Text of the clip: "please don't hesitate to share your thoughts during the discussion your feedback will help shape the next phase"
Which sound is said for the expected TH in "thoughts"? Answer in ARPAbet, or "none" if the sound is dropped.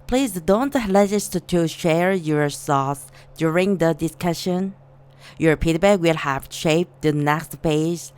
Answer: S